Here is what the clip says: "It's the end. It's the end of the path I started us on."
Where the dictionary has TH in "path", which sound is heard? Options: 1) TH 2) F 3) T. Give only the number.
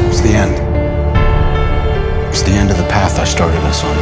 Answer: 1